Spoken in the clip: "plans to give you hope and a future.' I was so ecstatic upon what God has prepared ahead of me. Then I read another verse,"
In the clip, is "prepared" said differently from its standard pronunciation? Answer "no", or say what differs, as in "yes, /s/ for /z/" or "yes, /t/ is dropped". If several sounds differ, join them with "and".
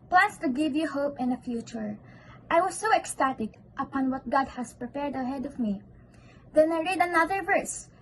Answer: no